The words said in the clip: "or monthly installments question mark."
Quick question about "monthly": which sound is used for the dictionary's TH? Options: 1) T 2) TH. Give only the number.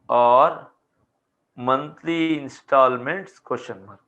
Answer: 1